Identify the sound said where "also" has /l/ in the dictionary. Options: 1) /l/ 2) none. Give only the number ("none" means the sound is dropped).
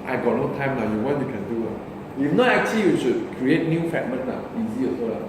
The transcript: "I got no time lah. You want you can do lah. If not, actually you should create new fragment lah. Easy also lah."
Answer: 2